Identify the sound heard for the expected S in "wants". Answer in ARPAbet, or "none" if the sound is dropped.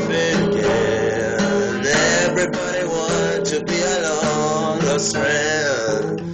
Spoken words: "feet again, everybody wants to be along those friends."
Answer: none